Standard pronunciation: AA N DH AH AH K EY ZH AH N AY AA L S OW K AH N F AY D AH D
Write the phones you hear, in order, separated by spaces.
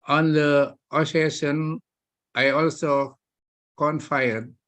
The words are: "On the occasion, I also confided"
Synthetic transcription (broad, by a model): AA N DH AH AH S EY SH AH N AY AA L S OW K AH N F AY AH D